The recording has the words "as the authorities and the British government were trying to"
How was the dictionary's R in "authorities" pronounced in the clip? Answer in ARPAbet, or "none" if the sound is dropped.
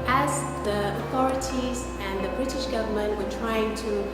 R